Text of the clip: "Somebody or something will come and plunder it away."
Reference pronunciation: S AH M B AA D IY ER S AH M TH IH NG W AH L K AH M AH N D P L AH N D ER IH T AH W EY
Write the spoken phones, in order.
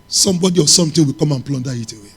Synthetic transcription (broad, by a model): S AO M B AA D IY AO S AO M T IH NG W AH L K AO M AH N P L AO N D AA IH T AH W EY